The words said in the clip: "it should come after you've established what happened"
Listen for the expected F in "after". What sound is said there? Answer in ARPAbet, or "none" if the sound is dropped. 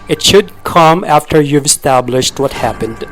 F